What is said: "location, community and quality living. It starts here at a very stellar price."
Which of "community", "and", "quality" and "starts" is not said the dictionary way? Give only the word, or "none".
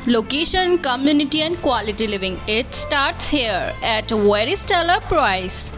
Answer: none